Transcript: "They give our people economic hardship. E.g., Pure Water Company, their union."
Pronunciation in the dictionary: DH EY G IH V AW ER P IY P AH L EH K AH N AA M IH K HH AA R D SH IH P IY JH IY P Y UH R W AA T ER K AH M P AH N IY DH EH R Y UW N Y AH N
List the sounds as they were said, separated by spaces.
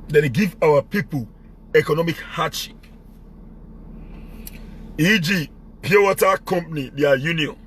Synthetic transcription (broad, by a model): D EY G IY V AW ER P IY P AH L EH K AH N AA M IH K HH AA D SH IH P IY JH IY P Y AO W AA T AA K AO M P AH N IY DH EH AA Y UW N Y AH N